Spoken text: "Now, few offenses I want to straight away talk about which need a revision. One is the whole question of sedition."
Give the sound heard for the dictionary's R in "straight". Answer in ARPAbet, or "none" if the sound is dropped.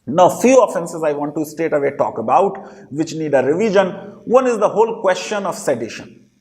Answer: none